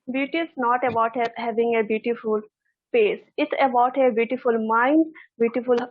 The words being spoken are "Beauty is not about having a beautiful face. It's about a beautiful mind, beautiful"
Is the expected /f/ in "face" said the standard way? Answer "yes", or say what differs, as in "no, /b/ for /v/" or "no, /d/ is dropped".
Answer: no, /p/ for /f/